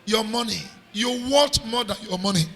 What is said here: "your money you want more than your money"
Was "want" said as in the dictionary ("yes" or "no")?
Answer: no